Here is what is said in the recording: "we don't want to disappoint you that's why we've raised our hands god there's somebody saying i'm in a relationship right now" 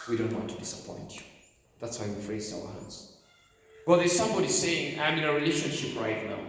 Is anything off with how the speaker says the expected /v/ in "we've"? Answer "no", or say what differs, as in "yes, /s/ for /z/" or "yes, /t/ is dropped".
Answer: yes, /f/ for /v/